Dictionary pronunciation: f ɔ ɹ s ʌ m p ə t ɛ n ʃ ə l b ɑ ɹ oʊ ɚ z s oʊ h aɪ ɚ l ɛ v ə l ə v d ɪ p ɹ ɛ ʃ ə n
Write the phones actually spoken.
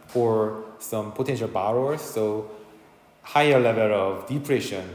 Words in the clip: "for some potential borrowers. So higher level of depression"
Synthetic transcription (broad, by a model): f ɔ ɹ s ʌ m p ə t ɛ n ʃ ə l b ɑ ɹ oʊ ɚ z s oʊ h aɪ ɚ l ɛ v ə l ə v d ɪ p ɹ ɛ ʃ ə n